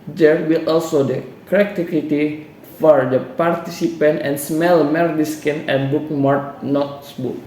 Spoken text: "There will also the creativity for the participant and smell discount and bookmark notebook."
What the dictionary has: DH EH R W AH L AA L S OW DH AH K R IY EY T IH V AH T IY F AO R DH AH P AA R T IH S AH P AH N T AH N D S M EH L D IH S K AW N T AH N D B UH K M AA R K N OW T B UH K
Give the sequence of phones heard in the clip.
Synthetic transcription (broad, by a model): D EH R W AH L AA L S OW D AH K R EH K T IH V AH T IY F AO R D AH P AA R T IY S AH P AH N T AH N S M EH L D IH S K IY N AH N B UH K M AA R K N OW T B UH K